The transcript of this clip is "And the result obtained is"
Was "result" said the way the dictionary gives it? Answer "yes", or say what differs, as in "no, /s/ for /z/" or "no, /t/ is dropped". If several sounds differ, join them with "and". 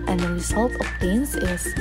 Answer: yes